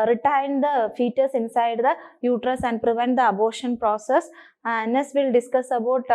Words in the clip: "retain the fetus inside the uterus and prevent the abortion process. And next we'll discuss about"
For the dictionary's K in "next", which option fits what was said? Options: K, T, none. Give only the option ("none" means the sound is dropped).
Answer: none